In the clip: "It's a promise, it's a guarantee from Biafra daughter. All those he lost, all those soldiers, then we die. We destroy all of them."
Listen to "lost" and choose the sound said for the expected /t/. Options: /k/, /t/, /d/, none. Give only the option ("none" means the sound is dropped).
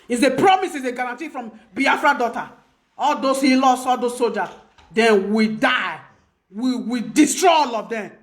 none